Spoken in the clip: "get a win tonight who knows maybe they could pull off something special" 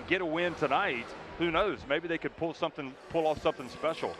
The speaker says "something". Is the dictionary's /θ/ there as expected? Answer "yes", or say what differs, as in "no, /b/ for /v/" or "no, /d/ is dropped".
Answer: yes